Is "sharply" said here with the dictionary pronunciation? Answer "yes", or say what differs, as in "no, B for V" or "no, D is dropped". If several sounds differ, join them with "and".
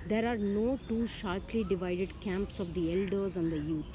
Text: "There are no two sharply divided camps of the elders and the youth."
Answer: yes